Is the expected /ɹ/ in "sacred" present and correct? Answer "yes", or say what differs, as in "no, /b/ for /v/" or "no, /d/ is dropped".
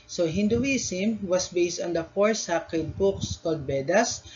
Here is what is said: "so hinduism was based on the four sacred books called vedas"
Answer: no, /ɹ/ is dropped